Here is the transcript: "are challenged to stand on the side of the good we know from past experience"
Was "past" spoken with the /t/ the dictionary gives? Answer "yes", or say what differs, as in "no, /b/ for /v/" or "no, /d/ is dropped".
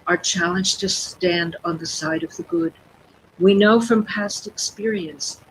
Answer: yes